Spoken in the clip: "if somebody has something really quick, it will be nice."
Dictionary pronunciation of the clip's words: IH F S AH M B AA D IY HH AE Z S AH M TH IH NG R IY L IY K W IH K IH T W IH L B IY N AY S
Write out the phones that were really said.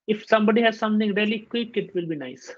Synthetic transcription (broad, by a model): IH F S AH M B AA D IY HH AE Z S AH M T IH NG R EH L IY K W IH K IH T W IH L B IY N AY S